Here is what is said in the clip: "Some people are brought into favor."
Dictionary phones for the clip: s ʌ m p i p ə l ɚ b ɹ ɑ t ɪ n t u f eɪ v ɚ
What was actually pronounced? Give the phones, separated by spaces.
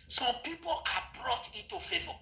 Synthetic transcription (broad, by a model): s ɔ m p i p ə l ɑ b ɹ ɑ t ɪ t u f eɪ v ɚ